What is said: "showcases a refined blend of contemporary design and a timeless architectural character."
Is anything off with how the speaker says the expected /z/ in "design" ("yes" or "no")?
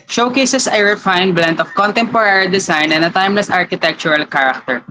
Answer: yes